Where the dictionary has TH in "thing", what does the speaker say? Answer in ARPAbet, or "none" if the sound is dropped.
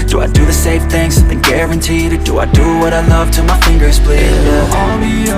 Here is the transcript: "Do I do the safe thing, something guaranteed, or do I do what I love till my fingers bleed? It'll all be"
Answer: TH